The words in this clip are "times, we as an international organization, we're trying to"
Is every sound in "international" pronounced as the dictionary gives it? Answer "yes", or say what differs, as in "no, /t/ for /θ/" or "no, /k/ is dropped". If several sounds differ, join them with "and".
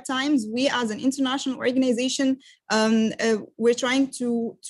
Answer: yes